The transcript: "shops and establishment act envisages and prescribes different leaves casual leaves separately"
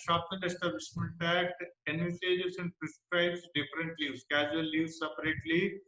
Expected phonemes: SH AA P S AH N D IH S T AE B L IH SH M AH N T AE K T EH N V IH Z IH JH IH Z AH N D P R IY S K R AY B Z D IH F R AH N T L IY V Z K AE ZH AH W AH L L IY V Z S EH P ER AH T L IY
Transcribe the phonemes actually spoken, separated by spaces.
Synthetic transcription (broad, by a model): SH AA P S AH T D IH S T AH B IH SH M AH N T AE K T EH N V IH S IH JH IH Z AH N D P R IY S K R AY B S D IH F R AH N T L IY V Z K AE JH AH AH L L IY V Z S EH P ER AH T L IY